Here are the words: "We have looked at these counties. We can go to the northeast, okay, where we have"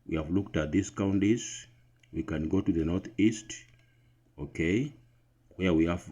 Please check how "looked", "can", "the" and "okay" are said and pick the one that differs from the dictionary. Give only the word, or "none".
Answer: none